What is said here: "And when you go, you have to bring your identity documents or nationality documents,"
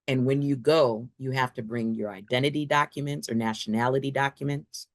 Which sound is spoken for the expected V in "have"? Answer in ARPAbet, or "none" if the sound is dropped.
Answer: F